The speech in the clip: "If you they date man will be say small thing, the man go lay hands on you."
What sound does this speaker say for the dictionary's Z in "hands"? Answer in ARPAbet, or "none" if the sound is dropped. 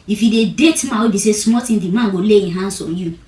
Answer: S